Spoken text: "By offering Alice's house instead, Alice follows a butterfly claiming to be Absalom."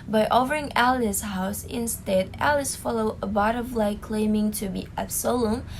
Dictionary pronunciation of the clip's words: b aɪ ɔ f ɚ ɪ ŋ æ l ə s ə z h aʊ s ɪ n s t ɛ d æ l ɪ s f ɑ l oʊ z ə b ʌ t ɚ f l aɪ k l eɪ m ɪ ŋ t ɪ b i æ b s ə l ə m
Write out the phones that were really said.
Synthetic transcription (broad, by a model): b aɪ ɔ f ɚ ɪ ŋ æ l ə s h aʊ s ɪ n s t ɛ d æ l ɪ s f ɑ l oʊ ə b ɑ t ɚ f l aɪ k l eɪ m ɪ ŋ t ɪ b i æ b s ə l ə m